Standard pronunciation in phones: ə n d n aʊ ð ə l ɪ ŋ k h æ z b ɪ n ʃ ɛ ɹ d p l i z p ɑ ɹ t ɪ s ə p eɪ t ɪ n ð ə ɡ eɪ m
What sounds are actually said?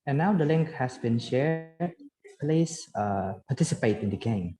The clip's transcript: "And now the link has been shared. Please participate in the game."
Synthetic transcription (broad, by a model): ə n n aʊ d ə l ɪ ŋ k h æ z b ɪ n ʃ ɛ ɹ d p l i s p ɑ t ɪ s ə p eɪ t ɪ n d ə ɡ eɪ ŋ